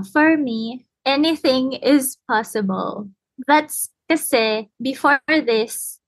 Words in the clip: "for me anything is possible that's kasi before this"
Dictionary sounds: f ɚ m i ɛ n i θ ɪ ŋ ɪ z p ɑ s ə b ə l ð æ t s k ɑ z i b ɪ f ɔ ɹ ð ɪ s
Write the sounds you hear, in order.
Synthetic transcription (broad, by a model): f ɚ m i ɛ n i θ ɪ ŋ ɪ z p ɑ s ə b ə l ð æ t s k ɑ s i b ɪ f ɔ ɹ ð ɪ s